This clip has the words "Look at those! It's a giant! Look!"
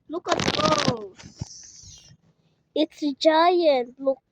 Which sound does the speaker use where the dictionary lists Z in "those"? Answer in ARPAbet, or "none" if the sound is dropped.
none